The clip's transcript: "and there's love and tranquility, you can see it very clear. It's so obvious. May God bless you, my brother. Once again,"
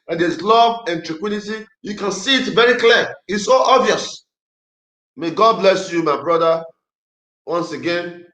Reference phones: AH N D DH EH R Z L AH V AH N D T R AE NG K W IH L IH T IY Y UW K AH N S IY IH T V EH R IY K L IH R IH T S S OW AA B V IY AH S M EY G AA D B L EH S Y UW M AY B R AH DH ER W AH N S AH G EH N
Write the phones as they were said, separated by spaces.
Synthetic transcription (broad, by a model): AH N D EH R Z L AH V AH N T R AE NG K W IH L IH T IY Y UW K AH N S IY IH T V EH R IY K L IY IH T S S OW AA B V IY AH S M EY G AA D B L EH S Y UW M AY B R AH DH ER W AH N S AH G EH N